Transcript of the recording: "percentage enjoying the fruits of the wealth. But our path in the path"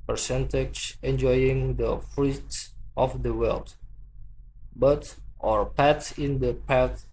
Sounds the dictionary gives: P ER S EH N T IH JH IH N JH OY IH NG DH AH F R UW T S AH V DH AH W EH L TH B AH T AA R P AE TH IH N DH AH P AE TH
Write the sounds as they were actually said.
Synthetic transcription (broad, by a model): P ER S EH N T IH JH IH N JH OY IH NG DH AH F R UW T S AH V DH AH W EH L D B AH T AA R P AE T IH N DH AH P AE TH